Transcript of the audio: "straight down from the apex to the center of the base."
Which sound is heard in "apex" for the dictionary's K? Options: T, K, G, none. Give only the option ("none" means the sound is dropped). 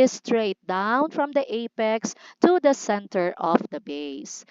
K